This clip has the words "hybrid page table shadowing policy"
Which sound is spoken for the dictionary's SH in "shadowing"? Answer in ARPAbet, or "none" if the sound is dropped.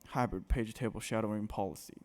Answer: SH